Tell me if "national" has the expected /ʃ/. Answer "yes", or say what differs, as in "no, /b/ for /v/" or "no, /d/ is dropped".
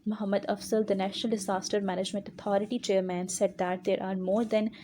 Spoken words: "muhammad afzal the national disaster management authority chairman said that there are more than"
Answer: yes